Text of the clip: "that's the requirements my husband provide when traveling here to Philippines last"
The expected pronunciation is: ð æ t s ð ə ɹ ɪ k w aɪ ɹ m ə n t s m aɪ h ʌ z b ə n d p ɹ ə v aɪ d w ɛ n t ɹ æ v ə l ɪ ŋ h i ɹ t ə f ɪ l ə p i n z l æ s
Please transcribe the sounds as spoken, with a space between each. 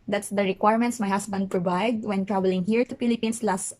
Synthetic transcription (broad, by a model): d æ t s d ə ɹ ɪ k w aɪ ɹ m ə n t s m aɪ h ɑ s b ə n d p ɹ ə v aɪ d w ɛ n t ɹ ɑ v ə l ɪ ŋ h i ɹ t ə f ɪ l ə p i n s l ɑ s